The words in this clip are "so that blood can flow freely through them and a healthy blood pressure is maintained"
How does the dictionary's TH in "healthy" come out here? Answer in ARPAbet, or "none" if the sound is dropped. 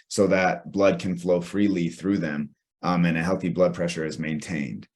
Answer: TH